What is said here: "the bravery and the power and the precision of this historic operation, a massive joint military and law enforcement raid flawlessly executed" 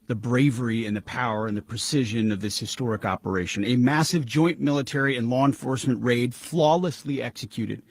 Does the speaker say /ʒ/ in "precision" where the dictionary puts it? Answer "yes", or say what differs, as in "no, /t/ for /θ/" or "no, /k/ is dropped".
yes